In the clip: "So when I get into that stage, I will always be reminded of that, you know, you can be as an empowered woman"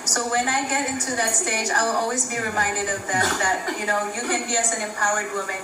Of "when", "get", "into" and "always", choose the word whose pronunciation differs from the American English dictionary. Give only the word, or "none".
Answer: none